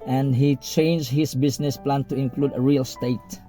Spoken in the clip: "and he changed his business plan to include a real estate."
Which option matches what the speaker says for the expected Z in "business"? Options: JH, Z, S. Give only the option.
S